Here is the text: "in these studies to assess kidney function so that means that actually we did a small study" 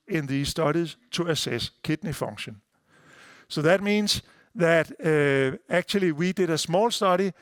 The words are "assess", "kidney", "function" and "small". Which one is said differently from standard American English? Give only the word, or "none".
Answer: function